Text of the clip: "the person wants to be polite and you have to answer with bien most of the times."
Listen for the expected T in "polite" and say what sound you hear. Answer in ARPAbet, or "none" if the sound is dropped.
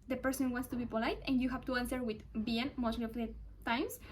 T